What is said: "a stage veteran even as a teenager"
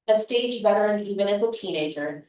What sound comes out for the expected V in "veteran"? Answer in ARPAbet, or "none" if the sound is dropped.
B